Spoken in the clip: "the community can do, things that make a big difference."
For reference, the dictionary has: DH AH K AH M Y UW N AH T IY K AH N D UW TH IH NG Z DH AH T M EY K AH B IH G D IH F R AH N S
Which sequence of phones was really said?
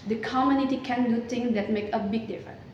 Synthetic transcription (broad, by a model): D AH K AH M Y UW N AH T IY K AH N D UW T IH NG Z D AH T M EY K AH B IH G D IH F R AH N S